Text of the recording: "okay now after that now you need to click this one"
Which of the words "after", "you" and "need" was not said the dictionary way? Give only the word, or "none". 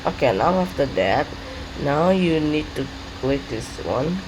none